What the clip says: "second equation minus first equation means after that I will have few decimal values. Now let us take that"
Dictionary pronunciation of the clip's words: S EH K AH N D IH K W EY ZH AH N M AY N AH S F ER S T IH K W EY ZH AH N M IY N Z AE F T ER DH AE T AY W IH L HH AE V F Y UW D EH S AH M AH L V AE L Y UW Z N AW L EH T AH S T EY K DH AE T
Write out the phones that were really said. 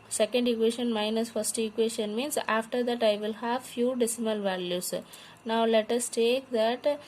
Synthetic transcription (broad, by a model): S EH K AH N D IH K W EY SH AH N M AY N AH S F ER S T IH K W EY SH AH N M IY N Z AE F T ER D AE T AY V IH L HH AE V F Y UW D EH S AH M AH L V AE L Y UW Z N AW L EH T AH S T EY K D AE T